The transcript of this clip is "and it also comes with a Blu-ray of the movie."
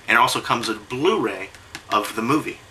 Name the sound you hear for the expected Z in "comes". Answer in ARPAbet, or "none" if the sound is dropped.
Z